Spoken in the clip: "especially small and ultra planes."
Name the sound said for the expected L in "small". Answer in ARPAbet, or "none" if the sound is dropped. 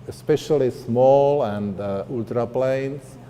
L